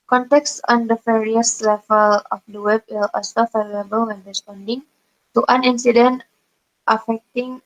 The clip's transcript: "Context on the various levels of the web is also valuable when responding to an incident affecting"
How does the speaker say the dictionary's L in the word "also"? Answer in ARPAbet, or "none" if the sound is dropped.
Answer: none